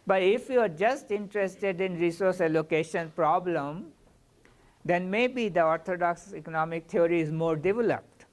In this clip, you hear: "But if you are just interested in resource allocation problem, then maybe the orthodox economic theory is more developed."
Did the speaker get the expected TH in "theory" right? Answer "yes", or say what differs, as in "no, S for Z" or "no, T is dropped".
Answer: no, T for TH